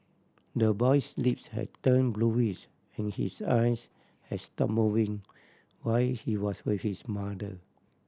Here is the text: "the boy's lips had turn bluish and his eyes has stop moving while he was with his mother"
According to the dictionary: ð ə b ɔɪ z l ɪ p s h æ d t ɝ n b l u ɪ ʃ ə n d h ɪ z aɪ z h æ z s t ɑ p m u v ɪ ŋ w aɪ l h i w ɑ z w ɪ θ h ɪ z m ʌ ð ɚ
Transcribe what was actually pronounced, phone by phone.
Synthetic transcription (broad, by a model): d ə b ɔɪ s l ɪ p s h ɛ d t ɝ n b l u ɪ s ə n h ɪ s aɪ s h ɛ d s t ɑ p m u v ɪ ŋ w aɪ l h i w ɑ s w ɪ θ h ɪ s m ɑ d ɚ